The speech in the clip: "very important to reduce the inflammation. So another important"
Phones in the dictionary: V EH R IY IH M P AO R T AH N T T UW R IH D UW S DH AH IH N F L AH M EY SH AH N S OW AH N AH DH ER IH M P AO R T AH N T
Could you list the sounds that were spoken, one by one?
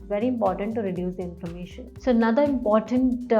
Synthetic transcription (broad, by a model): V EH R IY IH M P AO R T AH N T T UW R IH D UW S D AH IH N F AH M EY SH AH N S OW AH N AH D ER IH M P AO R T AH N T